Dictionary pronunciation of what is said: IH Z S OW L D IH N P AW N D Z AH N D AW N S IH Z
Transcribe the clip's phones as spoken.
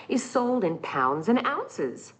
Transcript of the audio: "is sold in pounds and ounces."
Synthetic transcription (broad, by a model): IH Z S OW L D IH N P AW N D Z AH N AW N S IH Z